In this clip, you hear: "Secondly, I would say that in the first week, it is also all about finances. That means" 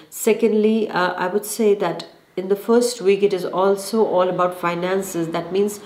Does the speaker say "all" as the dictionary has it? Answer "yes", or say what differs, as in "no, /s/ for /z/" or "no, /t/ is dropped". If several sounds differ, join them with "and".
yes